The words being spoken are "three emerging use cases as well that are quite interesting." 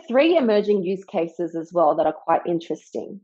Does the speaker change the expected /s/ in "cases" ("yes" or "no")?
no